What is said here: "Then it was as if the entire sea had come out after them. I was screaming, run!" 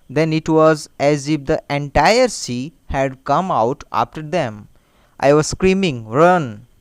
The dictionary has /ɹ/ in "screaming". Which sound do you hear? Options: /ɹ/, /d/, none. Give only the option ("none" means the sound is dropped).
/ɹ/